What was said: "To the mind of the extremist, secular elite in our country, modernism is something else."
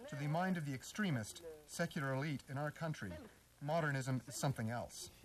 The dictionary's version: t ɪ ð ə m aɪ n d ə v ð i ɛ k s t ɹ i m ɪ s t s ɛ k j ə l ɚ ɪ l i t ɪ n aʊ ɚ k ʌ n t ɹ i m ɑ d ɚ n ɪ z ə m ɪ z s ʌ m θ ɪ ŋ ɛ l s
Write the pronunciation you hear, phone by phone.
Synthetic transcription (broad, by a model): t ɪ ð ə m aɪ n d ə v ð i ɛ k s t ɹ i m ɪ s t s ɛ k j l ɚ ɪ l i t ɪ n aʊ ɚ k ʌ n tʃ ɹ i m ɑ d ɚ n ɪ z ə m ɪ z s ʌ m θ ɪ ŋ ɛ l s